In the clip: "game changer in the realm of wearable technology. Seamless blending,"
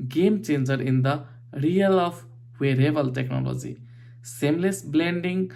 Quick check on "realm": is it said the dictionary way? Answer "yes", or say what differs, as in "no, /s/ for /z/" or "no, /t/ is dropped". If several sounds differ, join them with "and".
no, /m/ is dropped